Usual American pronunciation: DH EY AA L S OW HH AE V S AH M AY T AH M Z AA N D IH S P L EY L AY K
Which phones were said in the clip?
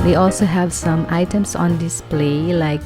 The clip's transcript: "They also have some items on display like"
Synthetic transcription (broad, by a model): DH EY AA L S OW HH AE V S AH M AY T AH M S AA N D IH S P L EY L AY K